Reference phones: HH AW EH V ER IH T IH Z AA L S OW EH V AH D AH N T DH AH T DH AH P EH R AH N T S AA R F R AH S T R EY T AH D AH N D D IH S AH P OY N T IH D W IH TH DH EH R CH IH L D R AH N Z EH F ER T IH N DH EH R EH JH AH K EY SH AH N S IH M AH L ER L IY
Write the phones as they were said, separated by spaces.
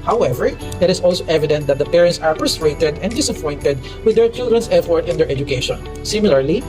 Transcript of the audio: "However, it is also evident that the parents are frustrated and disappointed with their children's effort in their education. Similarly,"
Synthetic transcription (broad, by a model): HH AW EH V ER IH T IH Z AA L S OW EH V AH D AH N T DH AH T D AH P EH R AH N T S AA R P R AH S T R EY T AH D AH N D D IH S AH P OY N T IH D W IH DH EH R CH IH L D R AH N S EH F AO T IH N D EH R EH JH AH K EY SH AH N S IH M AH L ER L IY